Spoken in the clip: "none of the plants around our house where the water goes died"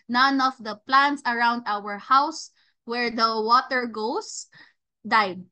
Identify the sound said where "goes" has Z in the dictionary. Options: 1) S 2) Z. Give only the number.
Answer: 1